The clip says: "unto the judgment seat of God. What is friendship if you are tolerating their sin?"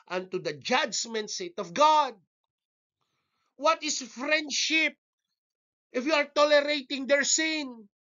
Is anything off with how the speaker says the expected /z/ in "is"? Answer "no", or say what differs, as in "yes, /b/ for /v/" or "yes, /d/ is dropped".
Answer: yes, /s/ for /z/